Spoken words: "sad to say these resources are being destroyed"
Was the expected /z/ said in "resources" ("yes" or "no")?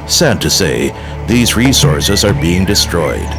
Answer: yes